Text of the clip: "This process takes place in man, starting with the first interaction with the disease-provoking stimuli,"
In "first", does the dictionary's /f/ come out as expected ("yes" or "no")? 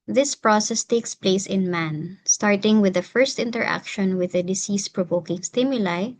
yes